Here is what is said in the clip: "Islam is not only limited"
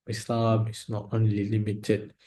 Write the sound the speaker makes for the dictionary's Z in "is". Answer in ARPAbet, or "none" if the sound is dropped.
S